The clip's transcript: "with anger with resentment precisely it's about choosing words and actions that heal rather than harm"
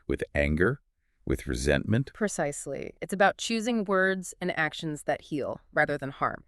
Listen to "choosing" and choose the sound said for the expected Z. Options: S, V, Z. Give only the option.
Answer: Z